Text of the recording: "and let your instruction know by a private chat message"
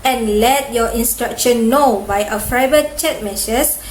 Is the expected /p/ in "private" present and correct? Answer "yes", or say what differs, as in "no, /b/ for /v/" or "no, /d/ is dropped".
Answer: no, /f/ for /p/